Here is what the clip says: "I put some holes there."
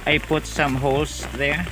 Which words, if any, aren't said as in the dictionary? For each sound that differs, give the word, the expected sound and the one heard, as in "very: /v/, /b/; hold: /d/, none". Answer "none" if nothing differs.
holes: /z/, /s/